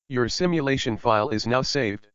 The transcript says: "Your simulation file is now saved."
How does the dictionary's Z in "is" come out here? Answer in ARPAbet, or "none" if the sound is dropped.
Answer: Z